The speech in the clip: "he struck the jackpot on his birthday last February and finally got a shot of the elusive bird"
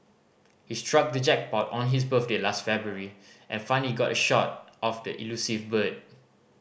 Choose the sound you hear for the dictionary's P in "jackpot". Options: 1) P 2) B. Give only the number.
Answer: 2